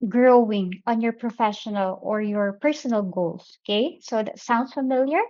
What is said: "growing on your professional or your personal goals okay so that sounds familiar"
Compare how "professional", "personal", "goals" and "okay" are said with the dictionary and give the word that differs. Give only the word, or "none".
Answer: goals